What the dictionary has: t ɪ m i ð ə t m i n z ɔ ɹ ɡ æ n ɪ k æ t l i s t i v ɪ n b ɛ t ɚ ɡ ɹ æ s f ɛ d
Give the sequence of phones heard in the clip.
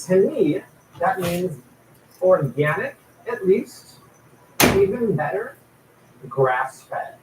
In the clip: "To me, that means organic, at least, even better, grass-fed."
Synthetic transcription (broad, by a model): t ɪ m i ð ə t m i n z ɔ ɹ ɡ æ n ɪ k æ t l i s t i v ɪ n b ɛ t ɚ ɡ ɹ æ s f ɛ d